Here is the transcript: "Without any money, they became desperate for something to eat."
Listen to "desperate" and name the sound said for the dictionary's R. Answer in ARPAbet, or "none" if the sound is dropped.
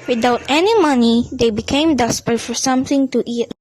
none